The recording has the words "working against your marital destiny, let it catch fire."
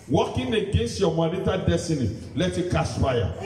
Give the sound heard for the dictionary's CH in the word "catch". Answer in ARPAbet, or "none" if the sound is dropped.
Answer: S